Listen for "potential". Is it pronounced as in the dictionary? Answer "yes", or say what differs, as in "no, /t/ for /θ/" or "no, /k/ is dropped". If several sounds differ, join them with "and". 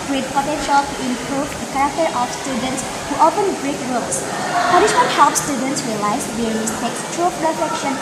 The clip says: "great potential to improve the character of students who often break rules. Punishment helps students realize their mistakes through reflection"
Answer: yes